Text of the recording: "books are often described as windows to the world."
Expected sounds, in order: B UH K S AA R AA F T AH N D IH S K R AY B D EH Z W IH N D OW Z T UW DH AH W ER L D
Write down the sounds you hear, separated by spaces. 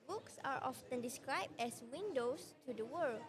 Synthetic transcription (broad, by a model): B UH K S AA R AA F T AH N D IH S K R AY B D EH S W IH N D OW S T UW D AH W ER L